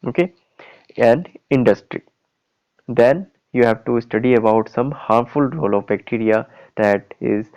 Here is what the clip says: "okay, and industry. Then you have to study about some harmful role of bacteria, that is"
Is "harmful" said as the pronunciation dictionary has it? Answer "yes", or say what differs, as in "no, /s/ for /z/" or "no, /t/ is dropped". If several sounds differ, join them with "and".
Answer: yes